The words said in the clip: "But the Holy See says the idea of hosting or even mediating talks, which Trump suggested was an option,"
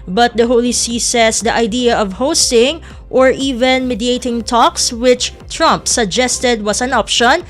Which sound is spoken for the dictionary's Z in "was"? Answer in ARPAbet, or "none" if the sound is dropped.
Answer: S